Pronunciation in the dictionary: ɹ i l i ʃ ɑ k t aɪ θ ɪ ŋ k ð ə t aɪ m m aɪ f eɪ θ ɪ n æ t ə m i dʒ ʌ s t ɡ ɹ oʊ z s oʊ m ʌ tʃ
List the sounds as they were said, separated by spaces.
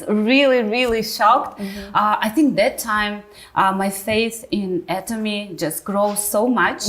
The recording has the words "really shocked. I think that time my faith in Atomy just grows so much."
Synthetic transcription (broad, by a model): ɹ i l i ʃ ɑ k t aɪ θ ɪ ŋ k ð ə t aɪ m m aɪ f eɪ θ ɪ n æ t ə m i dʒ ʌ s t ɡ ɹ oʊ z s oʊ m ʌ tʃ